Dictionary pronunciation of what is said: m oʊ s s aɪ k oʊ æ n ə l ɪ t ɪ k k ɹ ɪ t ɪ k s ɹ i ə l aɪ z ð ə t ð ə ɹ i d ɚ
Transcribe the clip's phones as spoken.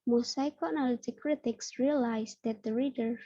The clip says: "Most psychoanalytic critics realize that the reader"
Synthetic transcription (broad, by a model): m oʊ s s aɪ k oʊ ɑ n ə l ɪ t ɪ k k ɹ ɪ t ɪ k s ɹ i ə l aɪ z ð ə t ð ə ɹ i d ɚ